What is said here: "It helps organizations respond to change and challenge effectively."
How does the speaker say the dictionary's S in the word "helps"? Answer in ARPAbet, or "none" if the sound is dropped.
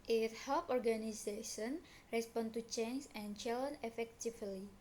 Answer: none